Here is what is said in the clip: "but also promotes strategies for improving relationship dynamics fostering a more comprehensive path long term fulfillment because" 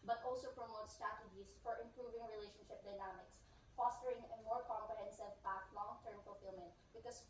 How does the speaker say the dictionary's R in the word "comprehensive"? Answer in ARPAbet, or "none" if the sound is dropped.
none